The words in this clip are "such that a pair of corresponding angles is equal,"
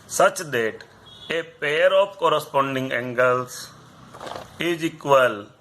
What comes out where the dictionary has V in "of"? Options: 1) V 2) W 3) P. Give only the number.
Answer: 3